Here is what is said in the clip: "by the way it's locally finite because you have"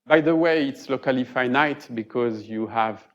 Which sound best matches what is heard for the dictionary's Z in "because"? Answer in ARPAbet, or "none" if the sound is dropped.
Z